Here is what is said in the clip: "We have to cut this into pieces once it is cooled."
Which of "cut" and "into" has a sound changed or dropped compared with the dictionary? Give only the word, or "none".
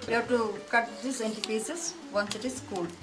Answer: none